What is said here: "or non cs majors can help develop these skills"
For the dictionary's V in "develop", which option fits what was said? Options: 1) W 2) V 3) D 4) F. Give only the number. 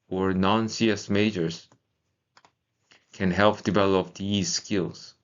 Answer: 2